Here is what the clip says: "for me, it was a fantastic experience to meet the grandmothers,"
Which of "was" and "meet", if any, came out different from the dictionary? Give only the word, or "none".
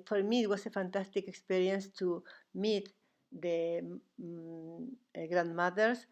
was